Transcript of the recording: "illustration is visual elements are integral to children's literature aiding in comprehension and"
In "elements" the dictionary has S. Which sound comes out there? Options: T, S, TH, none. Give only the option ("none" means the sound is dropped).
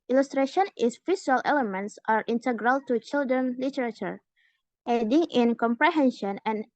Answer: S